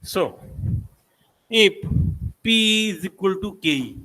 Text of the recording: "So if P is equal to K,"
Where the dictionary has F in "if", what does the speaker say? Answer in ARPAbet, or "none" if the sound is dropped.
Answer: P